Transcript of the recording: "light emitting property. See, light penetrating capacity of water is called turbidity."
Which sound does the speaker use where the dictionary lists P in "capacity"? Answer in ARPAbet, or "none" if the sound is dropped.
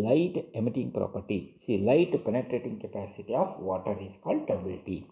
P